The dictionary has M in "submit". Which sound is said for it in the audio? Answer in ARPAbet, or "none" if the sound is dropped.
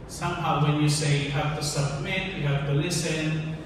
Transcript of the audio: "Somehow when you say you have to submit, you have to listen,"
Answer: M